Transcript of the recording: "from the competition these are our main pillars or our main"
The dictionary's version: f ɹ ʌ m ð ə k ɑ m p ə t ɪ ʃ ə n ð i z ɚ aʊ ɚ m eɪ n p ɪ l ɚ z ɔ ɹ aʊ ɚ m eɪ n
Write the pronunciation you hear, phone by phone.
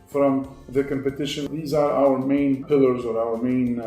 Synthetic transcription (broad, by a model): f ɹ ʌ m ð ə k ɑ m p ə t ɪ ʃ ə n ð i z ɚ aʊ ɚ m eɪ n p ɪ l ɚ z ɔ ɹ aʊ ɚ m eɪ n